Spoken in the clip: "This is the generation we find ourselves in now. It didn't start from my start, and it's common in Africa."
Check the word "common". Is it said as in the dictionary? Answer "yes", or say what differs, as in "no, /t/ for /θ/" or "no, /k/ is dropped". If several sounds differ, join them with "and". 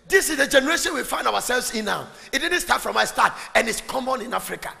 yes